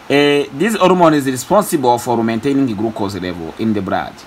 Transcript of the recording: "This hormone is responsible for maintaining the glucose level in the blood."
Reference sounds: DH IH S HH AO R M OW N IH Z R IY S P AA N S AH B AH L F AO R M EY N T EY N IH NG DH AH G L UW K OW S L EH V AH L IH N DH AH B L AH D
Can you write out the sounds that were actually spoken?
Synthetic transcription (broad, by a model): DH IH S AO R M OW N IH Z R IY S P AA N S AH B AH L F AO R M EY N T EY N IH NG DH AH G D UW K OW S L EH V AH L IH N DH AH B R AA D